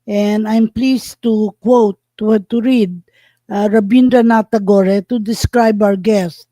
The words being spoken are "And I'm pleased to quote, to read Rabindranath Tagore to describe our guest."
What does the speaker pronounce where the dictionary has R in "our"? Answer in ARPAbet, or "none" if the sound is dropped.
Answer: W